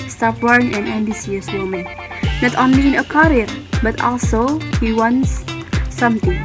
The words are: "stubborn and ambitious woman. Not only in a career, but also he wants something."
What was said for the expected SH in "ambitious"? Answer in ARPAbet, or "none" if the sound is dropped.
S